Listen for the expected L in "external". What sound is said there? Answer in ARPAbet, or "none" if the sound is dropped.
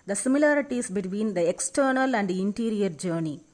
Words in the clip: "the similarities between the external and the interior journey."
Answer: L